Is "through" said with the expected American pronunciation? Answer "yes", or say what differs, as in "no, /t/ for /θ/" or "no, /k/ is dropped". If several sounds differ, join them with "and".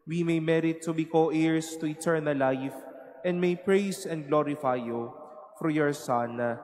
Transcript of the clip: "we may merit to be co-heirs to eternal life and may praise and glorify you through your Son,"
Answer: no, /f/ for /θ/